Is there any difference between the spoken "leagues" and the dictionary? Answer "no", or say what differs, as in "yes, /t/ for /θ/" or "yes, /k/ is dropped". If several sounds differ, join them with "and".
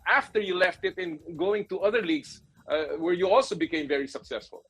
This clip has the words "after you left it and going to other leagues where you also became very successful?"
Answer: yes, /s/ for /z/